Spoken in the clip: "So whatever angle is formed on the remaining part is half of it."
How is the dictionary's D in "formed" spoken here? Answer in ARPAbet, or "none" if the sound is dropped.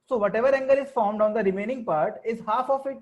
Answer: D